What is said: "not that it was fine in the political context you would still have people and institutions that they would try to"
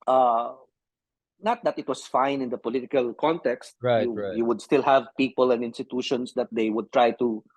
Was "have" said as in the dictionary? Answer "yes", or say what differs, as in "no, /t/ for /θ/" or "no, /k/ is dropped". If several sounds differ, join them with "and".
yes